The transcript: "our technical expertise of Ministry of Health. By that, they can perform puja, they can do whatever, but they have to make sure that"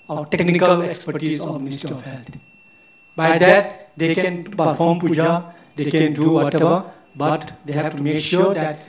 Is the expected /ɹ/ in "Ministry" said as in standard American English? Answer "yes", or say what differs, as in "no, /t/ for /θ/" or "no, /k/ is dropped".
no, /ɹ/ is dropped